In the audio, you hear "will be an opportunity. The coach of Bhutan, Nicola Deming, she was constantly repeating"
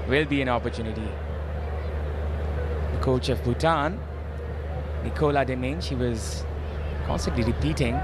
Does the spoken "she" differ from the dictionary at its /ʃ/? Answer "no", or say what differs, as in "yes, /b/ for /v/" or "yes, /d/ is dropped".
no